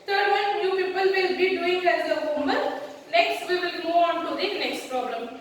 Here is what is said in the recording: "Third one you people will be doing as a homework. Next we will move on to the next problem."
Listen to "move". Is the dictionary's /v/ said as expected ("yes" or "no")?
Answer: no